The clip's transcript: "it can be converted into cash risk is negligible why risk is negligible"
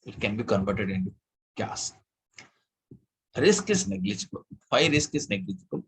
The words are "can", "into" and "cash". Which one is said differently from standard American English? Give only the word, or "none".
cash